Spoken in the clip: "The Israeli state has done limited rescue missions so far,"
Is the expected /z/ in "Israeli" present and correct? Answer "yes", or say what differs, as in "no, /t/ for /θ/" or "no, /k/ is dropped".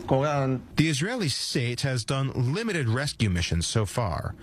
yes